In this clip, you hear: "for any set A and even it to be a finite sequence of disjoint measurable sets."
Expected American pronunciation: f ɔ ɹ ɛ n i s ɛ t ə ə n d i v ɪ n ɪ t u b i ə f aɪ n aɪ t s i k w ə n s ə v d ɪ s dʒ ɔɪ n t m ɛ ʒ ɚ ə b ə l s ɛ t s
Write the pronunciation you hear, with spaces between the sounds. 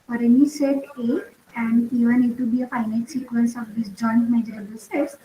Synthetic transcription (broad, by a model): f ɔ ɹ ɛ n i s ɛ t ə ə n d i v ɪ n ɪ t u b i ə f aɪ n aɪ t s i k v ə n s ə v d ɪ s dʒ ɔɪ n t m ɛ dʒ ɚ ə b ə l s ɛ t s